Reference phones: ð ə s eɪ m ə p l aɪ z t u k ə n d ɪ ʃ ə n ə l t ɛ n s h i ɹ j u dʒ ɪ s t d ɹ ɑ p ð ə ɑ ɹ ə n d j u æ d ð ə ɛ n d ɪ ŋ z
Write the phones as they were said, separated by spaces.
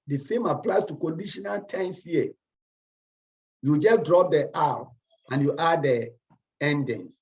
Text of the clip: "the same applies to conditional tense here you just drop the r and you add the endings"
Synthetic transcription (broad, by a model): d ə s eɪ m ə p l aɪ s t u k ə n d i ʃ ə n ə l t ɛ n s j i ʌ j u dʒ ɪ s d ɹ ɑ p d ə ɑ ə n j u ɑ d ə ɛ n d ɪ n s